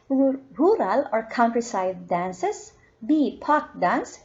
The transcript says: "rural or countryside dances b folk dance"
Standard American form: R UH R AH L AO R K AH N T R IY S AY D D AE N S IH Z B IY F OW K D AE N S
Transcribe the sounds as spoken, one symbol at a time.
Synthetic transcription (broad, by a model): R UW R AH L AO R K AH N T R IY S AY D D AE N S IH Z B IY P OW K D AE N S